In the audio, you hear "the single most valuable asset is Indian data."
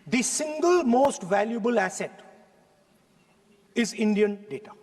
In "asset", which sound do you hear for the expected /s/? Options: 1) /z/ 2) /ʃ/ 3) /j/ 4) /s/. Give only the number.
4